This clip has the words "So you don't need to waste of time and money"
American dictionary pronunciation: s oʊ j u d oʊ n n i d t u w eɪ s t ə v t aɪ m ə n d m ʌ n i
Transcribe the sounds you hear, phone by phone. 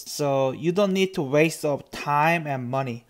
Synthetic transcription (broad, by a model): s oʊ j u d oʊ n n i d t u w eɪ s t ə p t aɪ m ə n m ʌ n i